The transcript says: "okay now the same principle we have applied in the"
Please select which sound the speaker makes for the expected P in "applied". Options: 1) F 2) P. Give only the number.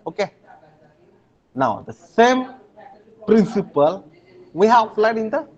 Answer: 1